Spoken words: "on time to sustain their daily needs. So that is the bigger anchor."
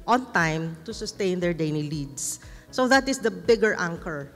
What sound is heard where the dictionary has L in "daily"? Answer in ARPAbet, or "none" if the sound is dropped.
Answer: N